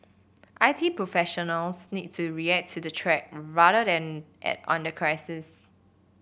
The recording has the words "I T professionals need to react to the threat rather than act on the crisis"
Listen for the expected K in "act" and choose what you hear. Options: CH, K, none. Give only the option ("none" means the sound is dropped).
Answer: none